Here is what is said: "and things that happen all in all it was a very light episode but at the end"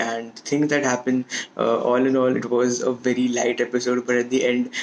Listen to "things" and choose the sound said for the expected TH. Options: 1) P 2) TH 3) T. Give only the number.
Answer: 3